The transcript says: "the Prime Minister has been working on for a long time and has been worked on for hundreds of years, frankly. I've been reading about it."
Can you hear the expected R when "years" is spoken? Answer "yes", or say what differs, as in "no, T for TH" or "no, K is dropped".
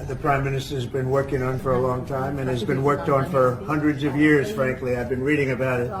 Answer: yes